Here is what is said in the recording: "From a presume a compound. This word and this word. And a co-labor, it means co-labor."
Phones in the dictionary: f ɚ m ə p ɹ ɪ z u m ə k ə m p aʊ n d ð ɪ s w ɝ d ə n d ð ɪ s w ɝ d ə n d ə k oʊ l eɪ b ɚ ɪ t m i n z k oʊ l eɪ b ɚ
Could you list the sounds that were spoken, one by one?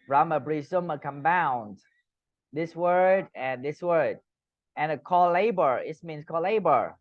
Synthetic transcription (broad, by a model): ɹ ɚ m ə b ɹ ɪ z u m ə k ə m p aʊ n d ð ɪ s w ɝ d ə n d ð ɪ s w ɝ d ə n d ə k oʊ l eɪ b ɚ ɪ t m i n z k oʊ l eɪ b ɚ